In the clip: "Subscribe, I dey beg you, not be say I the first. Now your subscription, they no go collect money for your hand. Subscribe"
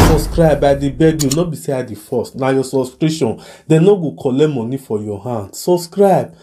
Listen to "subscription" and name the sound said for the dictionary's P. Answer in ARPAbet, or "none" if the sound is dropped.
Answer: none